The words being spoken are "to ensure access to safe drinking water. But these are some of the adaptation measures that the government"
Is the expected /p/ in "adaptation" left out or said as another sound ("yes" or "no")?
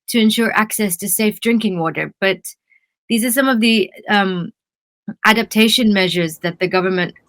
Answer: no